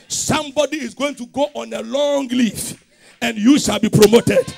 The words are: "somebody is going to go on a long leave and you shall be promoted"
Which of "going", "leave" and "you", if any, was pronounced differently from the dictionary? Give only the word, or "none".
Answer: leave